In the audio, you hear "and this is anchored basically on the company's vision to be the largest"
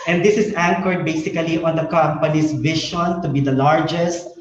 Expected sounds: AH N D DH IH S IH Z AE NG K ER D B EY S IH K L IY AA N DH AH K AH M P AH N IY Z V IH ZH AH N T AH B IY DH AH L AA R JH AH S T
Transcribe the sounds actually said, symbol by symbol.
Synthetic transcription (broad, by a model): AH N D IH S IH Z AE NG K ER D B EY S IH K L IY AA N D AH K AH M P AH N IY S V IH SH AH N T AH B IY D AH L AA R JH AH S T